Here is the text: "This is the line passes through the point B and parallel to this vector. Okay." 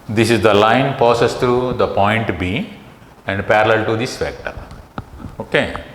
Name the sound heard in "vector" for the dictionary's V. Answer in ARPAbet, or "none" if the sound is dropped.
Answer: F